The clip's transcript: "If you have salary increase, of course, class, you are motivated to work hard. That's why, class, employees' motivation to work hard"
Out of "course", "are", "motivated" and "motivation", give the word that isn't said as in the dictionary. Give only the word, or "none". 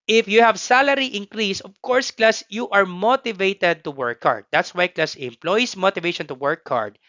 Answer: none